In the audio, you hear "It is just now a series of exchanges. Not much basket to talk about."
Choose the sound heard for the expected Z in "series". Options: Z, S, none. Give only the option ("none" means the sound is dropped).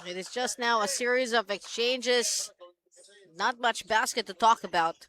Z